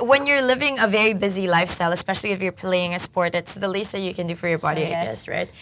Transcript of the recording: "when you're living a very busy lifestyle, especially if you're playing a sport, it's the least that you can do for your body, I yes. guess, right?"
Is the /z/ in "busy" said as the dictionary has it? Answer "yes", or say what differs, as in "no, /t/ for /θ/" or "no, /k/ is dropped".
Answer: yes